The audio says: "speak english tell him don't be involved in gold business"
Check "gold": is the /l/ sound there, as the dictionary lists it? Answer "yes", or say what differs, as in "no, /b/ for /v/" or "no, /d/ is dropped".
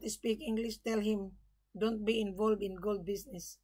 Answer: yes